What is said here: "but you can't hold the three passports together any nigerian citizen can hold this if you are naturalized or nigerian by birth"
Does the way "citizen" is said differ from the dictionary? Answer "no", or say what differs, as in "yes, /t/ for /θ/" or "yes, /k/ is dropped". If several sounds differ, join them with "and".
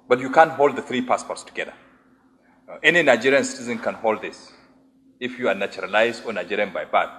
no